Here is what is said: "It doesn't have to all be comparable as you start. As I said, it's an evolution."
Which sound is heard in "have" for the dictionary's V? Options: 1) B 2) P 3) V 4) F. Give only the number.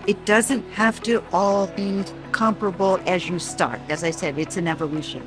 4